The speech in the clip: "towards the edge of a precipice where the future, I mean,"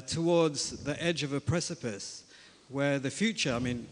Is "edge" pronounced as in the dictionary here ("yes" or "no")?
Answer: yes